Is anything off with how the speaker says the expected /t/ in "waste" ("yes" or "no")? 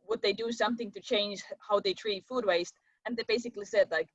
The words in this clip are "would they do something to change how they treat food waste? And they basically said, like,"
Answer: no